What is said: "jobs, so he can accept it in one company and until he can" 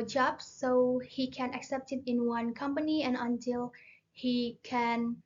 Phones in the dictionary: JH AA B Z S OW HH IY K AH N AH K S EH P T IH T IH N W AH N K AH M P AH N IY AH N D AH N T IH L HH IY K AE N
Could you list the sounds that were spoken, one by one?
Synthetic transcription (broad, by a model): JH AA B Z S OW HH IY K AH N AH K S EH P T IH T IH N W AH N K AH M P AH N IY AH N AH N T IH L HH IY K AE N